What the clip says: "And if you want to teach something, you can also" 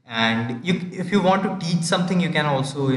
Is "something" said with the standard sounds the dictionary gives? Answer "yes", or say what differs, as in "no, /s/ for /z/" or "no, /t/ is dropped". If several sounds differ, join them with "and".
no, /t/ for /θ/